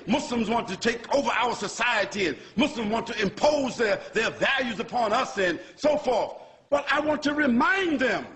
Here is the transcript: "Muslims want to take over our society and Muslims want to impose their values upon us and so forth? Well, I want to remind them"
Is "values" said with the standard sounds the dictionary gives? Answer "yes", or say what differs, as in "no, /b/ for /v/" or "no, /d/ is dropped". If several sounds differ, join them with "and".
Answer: yes